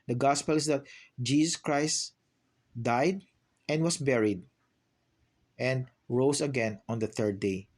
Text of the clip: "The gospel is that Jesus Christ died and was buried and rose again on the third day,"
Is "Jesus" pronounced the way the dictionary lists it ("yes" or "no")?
no